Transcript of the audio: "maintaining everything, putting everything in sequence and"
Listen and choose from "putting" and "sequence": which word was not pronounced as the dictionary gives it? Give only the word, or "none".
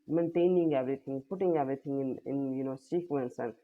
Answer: none